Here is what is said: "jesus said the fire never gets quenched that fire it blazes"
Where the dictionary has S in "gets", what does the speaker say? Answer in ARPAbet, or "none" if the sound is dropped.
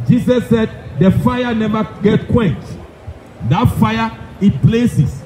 none